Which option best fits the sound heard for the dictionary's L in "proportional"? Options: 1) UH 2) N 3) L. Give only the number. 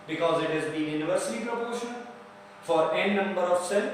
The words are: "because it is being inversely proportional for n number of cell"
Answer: 2